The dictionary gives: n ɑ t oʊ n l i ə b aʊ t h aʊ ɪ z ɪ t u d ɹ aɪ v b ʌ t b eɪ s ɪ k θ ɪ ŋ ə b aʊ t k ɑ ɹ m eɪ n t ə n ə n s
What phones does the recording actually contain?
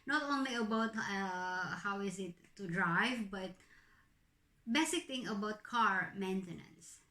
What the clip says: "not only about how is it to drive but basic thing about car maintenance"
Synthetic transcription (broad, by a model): n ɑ t oʊ n l i ə b aʊ t h aʊ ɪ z ɪ t u d ɹ aɪ v b ʌ t b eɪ s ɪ k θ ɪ ŋ ə b aʊ t k ɑ ɹ m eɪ n t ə n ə n s